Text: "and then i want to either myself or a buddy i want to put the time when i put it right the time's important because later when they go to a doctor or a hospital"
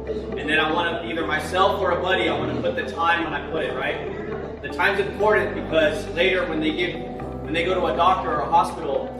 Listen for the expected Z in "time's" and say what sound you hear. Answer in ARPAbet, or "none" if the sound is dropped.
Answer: Z